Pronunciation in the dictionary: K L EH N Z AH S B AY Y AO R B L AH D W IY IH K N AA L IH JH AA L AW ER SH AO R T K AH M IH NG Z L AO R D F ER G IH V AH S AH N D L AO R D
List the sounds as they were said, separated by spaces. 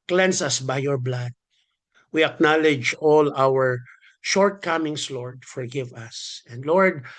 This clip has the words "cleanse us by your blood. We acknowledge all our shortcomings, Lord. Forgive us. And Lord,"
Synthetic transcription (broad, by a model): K L EH N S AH S B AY Y AO R B L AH D W IY IH K N AA L IH JH AA L AW ER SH AO R T K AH M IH NG S L AO R D F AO G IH V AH S AH N D L AO R D